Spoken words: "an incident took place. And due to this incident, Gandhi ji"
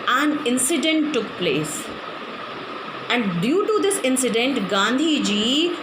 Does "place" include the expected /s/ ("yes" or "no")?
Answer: yes